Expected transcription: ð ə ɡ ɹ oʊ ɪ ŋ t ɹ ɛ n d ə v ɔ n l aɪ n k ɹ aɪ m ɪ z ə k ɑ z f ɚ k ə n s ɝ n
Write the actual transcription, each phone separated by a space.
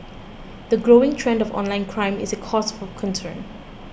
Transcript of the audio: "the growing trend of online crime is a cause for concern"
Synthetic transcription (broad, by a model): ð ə ɡ ɹ oʊ ɪ ŋ t ɹ ɛ n d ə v ɔ n l aɪ n k ɹ aɪ m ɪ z ə k ɑ s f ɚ k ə n s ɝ n